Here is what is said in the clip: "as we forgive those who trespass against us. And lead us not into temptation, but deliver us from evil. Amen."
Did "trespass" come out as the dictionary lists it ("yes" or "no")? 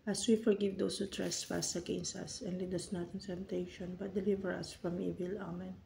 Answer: no